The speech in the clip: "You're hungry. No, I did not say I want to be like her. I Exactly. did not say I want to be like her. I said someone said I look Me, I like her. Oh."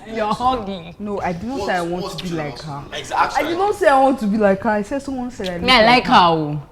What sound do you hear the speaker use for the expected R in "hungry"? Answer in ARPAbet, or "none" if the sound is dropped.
none